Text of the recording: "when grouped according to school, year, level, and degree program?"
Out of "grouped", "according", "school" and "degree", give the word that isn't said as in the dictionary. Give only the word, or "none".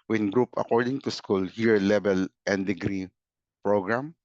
grouped